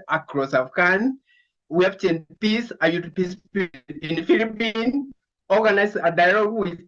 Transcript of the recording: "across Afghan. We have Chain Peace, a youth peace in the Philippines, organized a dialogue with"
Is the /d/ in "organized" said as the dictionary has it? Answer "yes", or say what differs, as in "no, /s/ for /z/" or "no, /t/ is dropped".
no, /d/ is dropped